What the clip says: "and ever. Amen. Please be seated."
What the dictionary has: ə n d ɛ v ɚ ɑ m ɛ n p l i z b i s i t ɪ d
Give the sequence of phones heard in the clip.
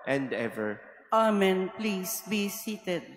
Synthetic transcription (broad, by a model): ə n d ɛ v ɚ ɑ m ɛ n p l i s b i s i t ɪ d